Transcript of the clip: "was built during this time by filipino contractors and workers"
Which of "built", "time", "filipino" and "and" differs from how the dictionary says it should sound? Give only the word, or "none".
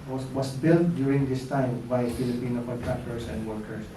none